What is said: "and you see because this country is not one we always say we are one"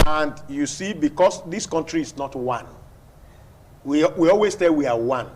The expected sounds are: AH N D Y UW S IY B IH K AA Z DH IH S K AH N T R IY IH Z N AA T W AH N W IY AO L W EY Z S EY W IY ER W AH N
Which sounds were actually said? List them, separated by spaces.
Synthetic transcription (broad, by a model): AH N D Y UW S IY B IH K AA S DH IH S K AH N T R IY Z N AA T W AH N W IY AO L W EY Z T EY W IY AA W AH N